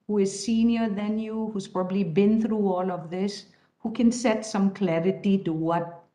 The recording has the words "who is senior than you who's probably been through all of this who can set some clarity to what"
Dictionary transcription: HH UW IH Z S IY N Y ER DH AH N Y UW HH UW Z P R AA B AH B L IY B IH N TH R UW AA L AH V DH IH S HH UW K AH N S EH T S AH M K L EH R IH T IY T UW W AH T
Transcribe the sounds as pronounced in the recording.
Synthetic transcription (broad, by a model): HH UW IH Z S IY N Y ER DH AH N Y UW HH UW Z P R AA B AH B L IY B IH N TH R UW AA L AH V DH IH S HH UW K AH N S EH T S AH M K L EH R IH T IY T UW W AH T